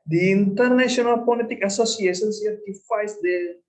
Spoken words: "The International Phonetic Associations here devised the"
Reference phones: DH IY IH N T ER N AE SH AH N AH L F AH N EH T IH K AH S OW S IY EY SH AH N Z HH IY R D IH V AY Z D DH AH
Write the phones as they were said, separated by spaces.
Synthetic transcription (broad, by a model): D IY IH N T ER N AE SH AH N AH L P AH L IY T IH K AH S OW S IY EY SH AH N S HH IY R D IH F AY S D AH